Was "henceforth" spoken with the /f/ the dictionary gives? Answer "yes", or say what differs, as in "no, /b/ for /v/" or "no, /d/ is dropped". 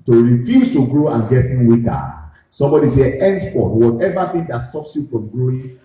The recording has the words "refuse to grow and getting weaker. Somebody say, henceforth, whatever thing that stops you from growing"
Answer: no, /p/ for /f/